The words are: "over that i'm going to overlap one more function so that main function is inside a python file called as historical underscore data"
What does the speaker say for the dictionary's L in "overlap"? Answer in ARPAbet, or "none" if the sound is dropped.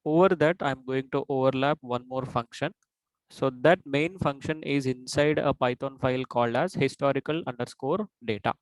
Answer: L